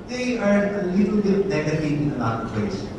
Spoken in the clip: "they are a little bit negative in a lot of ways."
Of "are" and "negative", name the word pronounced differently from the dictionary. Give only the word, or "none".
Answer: negative